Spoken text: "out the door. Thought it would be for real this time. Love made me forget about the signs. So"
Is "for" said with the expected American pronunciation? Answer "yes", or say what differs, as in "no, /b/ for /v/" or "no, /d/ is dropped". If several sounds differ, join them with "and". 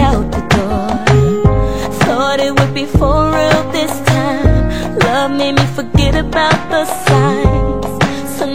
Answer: no, /l/ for /ɹ/